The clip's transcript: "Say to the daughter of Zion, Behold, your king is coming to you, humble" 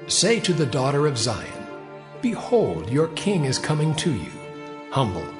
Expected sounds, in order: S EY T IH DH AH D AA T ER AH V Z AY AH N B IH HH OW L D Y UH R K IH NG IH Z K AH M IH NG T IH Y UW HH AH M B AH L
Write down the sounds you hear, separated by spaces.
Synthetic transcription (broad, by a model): S EY T IH DH AH D AA T ER AH V Z AY AH N B IH HH OW L D Y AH R K IH NG IH Z K AH M IH NG T IH Y UW HH AH M B L